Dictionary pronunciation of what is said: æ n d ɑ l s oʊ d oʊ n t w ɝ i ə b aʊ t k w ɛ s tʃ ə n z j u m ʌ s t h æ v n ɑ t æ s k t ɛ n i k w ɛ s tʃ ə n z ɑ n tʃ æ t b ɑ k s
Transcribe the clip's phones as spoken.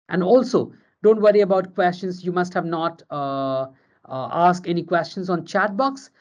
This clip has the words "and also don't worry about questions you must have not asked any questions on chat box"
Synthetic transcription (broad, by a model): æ n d ɑ l s oʊ d oʊ n t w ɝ i ə b aʊ t k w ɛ s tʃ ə n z j u m ʌ s t h æ v n ɑ t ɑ s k t ɛ n i k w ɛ s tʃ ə n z ɑ n tʃ æ t b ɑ k s